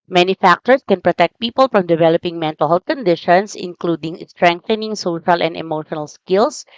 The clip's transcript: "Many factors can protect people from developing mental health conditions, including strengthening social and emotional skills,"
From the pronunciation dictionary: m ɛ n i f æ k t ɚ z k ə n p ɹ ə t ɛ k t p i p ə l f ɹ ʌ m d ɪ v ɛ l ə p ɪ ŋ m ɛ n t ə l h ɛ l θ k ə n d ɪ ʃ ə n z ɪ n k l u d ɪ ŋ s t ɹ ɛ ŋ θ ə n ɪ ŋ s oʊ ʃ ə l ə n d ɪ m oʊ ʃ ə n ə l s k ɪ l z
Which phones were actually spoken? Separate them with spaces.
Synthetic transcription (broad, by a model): m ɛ n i f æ k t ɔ s k ə n p ɹ ə t ɛ k t p i p ə l f ɹ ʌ m d ɪ v ɛ l ə p ɪ ŋ m ɛ n t ə l h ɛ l t k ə n d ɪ ʃ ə n s ɪ n k l u d ɪ ŋ s t ɹ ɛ ŋ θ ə n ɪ ŋ s oʊ ʃ ə l ə n d ɪ m oʊ ʃ ə n ə l s k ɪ l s